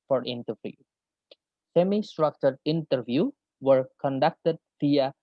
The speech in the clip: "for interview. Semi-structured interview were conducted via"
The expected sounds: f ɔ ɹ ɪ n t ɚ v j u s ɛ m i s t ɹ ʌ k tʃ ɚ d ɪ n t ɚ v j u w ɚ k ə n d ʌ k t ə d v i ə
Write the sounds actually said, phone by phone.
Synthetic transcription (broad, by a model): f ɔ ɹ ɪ n t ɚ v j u s ɛ m i s t ɹ ʌ k tʃ ɚ d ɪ n t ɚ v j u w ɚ k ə n d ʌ k t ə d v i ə